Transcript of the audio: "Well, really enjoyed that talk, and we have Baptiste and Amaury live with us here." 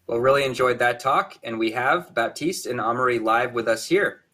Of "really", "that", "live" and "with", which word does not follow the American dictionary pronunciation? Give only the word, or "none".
none